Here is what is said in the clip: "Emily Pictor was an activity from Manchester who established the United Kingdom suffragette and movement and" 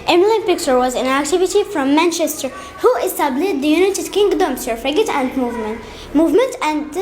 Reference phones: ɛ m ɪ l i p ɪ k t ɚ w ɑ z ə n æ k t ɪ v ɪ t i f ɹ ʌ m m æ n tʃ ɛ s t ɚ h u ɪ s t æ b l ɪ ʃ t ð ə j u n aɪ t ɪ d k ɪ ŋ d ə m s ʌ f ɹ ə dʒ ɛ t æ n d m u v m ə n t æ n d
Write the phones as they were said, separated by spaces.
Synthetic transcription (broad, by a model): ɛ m l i p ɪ k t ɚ w ɑ z ə n æ k t ɪ v ɪ t i f ɹ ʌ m m æ n tʃ ɛ s t ɚ h u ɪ s t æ b l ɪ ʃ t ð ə j u n aɪ t ɪ d k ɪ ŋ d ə m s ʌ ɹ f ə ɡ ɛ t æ n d m u v m ə n t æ n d